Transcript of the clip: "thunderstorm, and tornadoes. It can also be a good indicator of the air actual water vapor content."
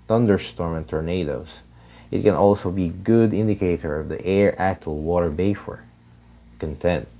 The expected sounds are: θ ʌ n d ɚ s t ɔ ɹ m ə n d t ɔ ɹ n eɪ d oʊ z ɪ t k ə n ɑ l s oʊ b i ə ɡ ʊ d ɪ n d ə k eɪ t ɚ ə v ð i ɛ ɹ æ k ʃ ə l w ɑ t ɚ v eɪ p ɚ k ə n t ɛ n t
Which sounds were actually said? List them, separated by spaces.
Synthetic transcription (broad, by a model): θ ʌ n d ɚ s t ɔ ɹ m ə n t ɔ ɹ n eɪ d oʊ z ɪ t k ə n ɑ l s oʊ b i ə ɡ ʊ d ɪ n d ə k eɪ t ɚ ə v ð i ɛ ɹ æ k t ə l w ɑ t ɚ b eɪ f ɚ k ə n t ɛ n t